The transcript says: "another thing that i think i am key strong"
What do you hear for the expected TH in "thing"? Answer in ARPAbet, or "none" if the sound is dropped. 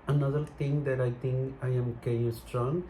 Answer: T